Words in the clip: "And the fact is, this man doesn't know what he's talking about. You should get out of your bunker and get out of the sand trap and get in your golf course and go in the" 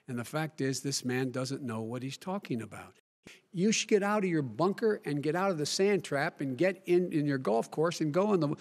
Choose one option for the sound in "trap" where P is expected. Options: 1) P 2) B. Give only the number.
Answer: 1